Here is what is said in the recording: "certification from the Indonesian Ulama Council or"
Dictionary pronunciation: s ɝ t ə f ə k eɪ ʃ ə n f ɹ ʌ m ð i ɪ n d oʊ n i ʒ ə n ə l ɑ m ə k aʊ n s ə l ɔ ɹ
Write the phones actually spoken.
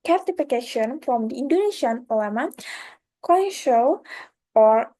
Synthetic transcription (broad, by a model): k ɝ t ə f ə k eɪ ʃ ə n f ɹ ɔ m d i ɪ n d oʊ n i ʃ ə n ə l ɑ m ə k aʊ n ʃ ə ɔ ɹ